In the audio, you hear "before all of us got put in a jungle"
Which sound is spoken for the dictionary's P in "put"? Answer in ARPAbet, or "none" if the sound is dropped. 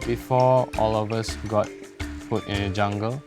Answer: F